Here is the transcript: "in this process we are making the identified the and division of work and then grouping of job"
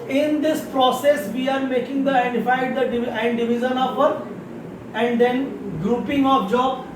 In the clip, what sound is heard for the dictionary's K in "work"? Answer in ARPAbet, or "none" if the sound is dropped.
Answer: none